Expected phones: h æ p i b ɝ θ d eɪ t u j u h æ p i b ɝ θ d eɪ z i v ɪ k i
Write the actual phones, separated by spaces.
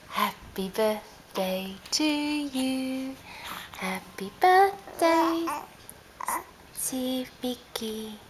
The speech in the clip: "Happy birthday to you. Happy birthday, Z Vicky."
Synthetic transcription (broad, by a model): h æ p i b ɝ θ d eɪ t u j u h æ p i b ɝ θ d eɪ s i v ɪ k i